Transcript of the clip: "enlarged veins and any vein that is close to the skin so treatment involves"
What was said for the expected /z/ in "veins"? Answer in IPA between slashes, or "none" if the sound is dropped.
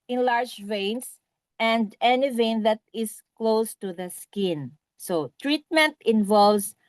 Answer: /s/